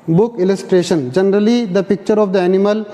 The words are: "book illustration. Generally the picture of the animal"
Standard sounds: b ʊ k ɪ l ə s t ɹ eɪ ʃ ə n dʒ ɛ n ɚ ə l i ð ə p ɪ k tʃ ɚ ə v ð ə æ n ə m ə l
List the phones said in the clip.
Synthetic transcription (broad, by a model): b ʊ k ɪ l ə s t ɹ eɪ ʃ ə n dʒ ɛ n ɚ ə l i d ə p ɪ k tʃ ɚ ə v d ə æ n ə m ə l